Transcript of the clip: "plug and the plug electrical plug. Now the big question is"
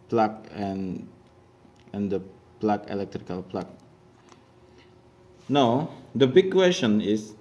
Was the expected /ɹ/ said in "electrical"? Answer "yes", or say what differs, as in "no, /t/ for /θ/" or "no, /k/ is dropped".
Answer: yes